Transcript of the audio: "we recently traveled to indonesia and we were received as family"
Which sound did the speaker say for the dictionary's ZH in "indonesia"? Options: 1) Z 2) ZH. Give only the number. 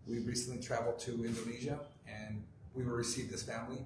2